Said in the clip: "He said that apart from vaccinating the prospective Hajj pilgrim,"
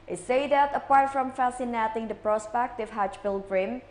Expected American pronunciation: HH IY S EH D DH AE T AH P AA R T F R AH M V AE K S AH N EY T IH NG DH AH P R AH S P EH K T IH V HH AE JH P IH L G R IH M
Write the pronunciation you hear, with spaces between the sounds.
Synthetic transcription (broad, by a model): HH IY S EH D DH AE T AH P AA R T F R AH M F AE S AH N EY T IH NG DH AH P R AH S P EH K T IH V HH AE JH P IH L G R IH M